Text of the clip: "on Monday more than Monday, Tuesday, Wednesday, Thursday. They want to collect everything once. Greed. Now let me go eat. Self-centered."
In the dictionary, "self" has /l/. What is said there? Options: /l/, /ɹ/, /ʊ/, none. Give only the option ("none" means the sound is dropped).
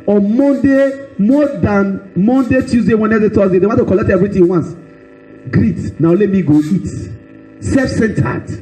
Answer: none